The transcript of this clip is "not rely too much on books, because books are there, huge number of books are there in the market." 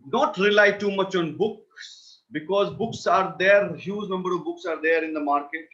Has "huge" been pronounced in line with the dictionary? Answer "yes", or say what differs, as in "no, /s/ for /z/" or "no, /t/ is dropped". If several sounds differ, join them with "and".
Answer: no, /z/ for /dʒ/